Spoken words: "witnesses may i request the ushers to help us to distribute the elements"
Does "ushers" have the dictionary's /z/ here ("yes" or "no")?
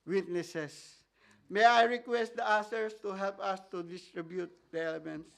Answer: no